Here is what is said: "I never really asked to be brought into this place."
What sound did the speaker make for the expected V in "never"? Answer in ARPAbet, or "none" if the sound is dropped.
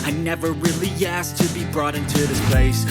V